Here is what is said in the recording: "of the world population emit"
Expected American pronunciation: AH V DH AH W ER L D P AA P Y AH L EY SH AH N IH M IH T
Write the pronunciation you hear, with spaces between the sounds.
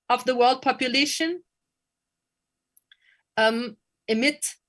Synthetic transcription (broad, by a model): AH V DH AH W ER L D P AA P Y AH L EY SH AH N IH M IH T